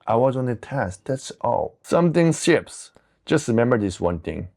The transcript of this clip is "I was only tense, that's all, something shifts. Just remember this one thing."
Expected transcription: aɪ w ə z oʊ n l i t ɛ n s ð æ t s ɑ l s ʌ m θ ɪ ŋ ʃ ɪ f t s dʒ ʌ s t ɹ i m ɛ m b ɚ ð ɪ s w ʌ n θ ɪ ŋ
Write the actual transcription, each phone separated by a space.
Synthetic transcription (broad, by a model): aɪ w ə z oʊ n i t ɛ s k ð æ t s ɑ l s ʌ m θ ɪ ŋ s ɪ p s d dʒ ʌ s t ɹ i m ɛ m b ɚ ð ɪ s w ʌ n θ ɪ ŋ